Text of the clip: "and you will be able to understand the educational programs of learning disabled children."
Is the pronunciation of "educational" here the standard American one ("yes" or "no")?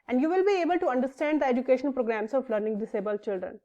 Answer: no